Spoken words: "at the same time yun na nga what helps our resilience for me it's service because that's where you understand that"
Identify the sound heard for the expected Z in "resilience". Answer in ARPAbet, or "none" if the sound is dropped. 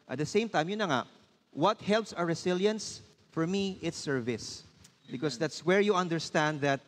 S